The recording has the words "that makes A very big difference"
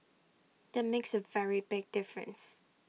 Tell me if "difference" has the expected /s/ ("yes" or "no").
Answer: yes